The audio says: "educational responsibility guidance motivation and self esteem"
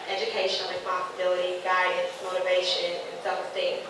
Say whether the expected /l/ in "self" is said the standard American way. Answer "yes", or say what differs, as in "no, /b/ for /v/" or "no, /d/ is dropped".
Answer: no, /l/ is dropped